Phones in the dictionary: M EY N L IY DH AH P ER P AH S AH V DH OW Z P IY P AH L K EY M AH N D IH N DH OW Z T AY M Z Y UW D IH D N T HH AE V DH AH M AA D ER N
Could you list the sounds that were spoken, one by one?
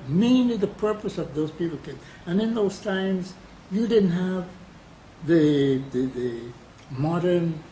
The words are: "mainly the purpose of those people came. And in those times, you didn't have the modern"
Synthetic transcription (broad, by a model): M EY N L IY DH AH P ER P AH S AH V DH OW Z P IY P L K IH AH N IH N DH OW Z T AY M Z Y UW D IH D N T HH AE V DH AH M AA D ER N